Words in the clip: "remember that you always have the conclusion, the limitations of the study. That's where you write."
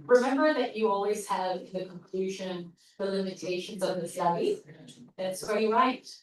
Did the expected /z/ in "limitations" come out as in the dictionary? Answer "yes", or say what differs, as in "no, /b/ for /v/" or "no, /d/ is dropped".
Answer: yes